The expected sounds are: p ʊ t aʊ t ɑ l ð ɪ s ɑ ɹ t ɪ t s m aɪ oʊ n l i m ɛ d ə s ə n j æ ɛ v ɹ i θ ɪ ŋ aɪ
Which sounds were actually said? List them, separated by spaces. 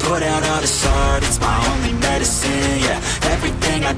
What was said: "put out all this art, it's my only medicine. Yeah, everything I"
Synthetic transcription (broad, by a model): ʊ t aʊ t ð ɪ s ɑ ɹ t ɪ t s m aɪ oʊ n l i m ɛ d ə s ə n j æ ɛ v ɹ i θ ɪ ŋ aɪ